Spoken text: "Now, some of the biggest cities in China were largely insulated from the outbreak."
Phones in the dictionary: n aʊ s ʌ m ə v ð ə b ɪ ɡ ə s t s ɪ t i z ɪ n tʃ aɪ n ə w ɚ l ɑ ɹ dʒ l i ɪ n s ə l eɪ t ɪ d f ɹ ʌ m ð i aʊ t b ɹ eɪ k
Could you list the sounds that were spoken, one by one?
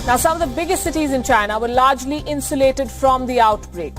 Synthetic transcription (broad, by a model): n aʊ s ʌ m ə v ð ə b ɪ ɡ ə s t s ɪ t i z ɪ n tʃ aɪ n ə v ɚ l ɑ ɹ dʒ l i ɪ n s ə l eɪ t ɪ d f ɹ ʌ m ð i aʊ t b ɹ eɪ k